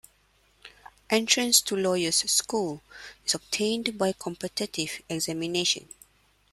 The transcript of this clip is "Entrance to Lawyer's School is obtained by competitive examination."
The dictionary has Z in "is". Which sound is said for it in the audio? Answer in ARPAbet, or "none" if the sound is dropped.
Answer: S